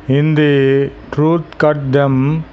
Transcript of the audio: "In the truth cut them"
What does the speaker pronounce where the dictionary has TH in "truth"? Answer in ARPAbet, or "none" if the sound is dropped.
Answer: T